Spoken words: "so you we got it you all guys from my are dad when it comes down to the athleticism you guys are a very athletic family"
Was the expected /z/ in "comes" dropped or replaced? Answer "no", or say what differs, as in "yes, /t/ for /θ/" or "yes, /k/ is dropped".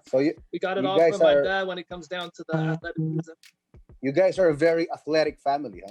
no